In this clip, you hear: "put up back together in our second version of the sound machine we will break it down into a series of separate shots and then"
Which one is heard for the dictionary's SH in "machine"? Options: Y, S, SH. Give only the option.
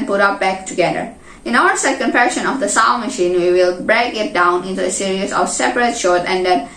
SH